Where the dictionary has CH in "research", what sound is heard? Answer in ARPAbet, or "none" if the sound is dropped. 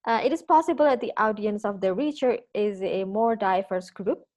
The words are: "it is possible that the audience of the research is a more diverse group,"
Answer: none